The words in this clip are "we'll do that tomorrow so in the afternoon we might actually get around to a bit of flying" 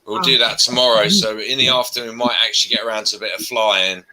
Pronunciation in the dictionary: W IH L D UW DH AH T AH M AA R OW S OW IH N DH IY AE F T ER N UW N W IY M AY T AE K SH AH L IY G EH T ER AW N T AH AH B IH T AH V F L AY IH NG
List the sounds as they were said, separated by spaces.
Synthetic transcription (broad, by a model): W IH L D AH DH AH T AH M AA R OW S OW IH N DH IY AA F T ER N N W IY M AY T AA K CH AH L IY G EH T ER AW N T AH AH B IH T AH V F L AY IH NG